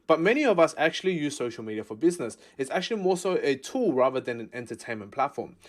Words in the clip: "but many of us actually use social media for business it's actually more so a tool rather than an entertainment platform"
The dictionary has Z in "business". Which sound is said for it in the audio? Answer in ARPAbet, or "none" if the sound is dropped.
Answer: Z